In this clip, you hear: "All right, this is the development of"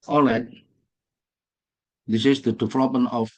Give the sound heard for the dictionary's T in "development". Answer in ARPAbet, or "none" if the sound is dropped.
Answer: none